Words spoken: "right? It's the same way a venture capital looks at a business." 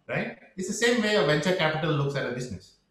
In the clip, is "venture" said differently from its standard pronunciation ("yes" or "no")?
no